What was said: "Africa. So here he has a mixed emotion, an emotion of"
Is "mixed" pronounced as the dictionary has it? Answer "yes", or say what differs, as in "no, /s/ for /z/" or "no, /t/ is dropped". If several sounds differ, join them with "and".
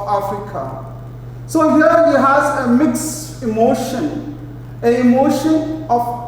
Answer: no, /t/ is dropped